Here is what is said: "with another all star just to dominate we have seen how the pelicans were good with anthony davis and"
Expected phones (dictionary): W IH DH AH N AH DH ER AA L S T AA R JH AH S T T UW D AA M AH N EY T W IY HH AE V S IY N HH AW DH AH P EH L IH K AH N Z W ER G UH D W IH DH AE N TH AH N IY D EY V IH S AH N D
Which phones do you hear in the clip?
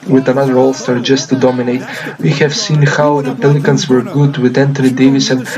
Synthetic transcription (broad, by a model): W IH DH AH N AH DH ER AA L S T AA R JH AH S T T UW D AA M AH N EY T W IY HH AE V S IY N HH AW DH AH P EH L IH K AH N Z W ER G UH D W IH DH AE N T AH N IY D EY V IH S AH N